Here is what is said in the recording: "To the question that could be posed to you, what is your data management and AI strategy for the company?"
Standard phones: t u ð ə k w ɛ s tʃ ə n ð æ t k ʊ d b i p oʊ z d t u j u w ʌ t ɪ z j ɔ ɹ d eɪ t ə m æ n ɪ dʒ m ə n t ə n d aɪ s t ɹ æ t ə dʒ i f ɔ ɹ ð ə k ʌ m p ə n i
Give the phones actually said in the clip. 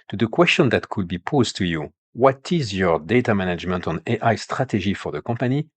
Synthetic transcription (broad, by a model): t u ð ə k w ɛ s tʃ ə n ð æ t k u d b i p oʊ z t u j u w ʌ t ɪ z j ɔ ɹ d eɪ t ə m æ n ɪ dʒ m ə n t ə n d aɪ s t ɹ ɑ t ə ʒ i f ɔ ɹ ð ə k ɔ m p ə n i